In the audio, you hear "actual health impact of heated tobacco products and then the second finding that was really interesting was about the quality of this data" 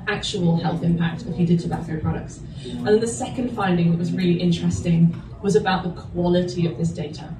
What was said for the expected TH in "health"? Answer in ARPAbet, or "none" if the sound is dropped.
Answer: TH